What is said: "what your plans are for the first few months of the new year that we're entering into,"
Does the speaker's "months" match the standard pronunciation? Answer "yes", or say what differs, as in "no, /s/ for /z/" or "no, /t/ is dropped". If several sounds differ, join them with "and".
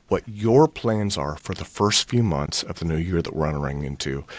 yes